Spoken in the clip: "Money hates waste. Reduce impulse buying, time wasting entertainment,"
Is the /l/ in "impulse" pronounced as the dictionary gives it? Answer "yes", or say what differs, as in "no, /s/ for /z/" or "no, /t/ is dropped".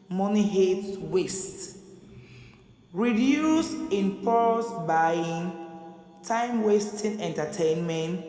no, /l/ is dropped